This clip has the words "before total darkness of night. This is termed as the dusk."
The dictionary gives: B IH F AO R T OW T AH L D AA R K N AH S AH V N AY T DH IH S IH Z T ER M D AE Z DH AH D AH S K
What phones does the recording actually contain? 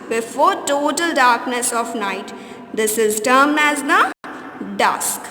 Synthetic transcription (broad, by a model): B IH F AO R T OW T AH L D AA R K N AH S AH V N AY T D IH S IH Z T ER M AE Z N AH D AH S K